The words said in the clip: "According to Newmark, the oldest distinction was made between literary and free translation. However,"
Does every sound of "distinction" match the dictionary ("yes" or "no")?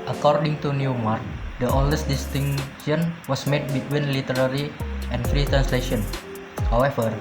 no